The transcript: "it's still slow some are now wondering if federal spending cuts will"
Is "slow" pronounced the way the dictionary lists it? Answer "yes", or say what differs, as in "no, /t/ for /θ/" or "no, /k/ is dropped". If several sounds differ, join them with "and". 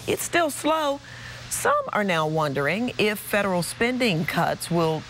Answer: yes